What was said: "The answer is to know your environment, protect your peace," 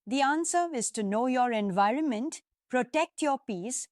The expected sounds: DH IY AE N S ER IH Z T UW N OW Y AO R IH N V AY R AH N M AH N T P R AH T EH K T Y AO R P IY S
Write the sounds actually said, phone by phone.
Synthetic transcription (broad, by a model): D IY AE N S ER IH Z T UW N OW Y AO R IH N V AY R AH N M AH N T P R AH T EH K T Y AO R P IY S